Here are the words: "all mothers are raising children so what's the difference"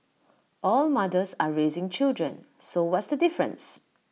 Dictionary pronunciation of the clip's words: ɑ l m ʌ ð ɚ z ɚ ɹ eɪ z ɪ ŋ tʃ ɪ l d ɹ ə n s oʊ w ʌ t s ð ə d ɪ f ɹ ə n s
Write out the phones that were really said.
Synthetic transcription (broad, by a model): ɑ l m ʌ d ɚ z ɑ ɹ eɪ z ɪ ŋ tʃ ɪ l d ɹ ə n s oʊ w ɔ t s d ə d ɪ f ɹ ə n s